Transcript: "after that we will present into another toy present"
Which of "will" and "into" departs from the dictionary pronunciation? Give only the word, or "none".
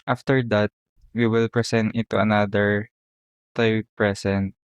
into